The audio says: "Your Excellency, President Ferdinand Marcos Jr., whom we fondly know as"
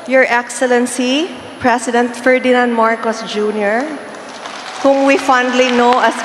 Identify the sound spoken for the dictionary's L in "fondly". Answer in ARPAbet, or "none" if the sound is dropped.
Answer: L